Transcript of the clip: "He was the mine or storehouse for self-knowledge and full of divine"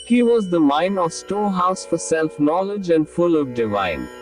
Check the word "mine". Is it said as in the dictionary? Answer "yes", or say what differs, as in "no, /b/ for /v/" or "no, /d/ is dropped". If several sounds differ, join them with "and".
yes